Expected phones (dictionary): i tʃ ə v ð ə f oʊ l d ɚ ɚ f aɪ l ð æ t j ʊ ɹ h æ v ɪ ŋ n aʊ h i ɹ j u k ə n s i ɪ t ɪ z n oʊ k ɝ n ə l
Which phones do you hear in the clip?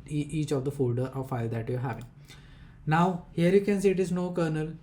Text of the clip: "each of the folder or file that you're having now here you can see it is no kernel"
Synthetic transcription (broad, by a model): i tʃ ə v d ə f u d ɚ f aɪ l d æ t j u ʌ h æ v ɪ ŋ n aʊ h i ɹ j u k ə n s i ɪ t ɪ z n oʊ k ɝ n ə l